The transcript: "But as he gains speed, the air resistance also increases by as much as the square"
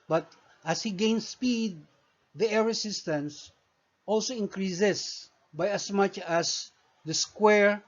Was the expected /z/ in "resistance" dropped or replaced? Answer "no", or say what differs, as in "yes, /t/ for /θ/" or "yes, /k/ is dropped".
yes, /s/ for /z/